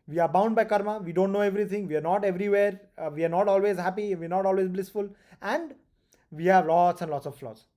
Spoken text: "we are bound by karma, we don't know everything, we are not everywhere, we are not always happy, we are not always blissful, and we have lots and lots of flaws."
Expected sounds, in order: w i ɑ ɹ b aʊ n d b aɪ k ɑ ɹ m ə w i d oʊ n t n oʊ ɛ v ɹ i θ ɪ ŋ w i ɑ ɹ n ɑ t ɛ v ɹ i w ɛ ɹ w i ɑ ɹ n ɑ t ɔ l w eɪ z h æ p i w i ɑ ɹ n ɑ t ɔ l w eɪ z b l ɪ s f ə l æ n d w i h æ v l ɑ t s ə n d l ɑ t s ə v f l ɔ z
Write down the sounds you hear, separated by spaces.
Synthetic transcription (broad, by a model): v i ɑ ɹ b aʊ n d b aɪ k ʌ ɹ m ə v i d oʊ n t n oʊ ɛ v ɹ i t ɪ ŋ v i ɑ ɹ n ɑ t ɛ v ɹ i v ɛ ɹ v i ɑ ɹ n ɑ t ɔ l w eɪ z h æ p i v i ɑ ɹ n ɑ t ɔ l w eɪ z b l ɪ s f ə l æ n d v i h æ v l ɑ t s ə n d l ɑ t s ə v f l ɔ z